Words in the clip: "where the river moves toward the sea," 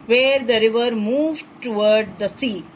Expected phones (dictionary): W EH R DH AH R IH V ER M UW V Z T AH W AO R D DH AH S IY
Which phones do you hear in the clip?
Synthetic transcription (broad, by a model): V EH R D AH R IH V ER M UW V T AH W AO R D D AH S IY